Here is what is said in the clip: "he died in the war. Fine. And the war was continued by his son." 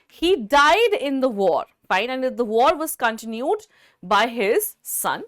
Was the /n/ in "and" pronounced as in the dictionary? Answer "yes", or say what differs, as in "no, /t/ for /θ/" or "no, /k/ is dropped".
no, /l/ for /n/